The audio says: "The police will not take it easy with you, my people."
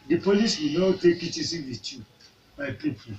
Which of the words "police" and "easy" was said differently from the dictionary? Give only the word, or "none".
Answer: easy